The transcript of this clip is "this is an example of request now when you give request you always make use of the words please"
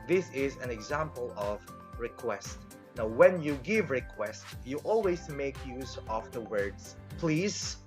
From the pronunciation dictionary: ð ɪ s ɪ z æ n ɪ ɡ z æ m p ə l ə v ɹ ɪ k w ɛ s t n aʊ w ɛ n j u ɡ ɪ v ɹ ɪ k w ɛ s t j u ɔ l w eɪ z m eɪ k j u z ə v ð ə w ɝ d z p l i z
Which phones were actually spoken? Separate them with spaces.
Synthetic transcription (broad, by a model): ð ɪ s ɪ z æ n ɪ ɡ z æ m p ə l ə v ɹ ɪ k w ɛ s t n aʊ w ɛ n j u ɡ ɪ v ɹ ɪ k w ɛ s t j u ɔ l w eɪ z m eɪ k j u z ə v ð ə w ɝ d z p l i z